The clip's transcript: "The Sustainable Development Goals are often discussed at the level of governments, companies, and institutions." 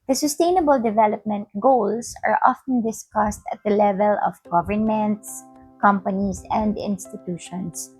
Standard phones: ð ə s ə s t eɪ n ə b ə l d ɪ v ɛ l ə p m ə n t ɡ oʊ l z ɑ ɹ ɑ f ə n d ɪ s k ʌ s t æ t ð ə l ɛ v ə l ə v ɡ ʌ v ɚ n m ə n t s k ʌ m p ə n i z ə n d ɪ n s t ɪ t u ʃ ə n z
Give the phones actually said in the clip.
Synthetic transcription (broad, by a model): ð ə s ə s t eɪ n ə b ə l d ɪ v ɛ l ə p m ə n t ɡ oʊ l s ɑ ɹ ɑ f ə n d ɪ s k ʌ s t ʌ t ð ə l ɛ v ə l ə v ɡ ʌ v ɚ n m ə n t s k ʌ m p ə n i s ə n d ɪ n s t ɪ t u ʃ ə n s